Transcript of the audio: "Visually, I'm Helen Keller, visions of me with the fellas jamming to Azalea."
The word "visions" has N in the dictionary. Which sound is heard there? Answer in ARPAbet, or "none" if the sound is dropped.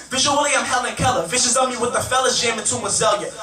none